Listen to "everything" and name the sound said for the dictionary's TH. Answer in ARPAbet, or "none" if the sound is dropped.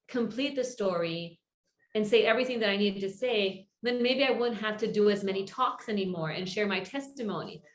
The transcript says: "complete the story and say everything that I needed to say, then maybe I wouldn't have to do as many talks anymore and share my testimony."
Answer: TH